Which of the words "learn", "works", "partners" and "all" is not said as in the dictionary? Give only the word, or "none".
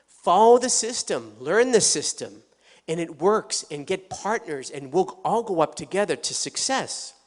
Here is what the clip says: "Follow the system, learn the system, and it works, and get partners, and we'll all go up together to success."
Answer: none